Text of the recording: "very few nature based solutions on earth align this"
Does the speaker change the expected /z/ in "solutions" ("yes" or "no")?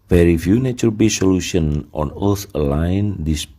yes